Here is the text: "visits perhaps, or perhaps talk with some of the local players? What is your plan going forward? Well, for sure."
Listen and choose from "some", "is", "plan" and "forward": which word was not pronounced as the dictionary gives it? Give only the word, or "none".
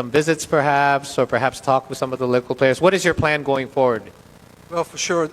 none